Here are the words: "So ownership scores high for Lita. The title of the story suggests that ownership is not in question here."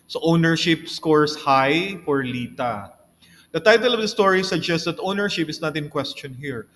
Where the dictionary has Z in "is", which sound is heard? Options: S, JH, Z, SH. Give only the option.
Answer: S